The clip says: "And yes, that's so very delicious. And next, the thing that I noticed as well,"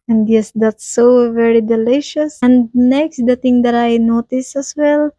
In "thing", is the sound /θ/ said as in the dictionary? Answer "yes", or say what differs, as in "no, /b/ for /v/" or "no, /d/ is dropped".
no, /t/ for /θ/